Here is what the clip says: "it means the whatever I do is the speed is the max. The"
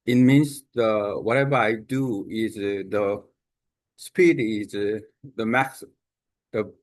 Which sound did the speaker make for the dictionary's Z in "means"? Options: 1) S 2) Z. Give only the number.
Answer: 1